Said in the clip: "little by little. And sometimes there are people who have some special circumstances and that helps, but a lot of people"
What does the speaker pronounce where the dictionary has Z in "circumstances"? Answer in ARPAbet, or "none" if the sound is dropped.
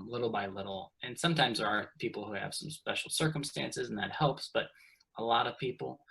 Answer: Z